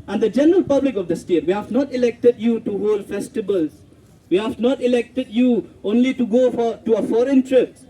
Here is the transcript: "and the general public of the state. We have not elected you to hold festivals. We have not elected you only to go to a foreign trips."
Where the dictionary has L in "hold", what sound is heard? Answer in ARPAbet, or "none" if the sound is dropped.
L